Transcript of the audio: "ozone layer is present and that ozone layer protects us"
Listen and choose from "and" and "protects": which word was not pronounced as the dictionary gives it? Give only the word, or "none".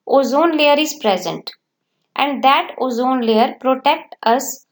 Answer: protects